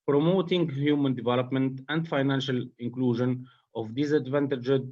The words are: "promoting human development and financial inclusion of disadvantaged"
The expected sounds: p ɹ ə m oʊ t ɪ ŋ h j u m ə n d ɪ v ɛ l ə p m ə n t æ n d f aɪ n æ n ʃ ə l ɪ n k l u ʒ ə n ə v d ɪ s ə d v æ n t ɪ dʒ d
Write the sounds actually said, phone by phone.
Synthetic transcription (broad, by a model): p ɹ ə m oʊ t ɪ ŋ h j u m ə n d ɪ v ɛ l ə p m ə n t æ n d f aɪ n æ n ʃ ə l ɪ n k l u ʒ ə n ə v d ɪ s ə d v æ n t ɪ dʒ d